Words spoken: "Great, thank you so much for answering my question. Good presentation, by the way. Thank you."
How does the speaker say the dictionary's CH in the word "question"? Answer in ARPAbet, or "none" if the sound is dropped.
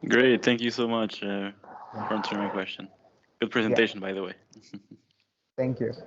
CH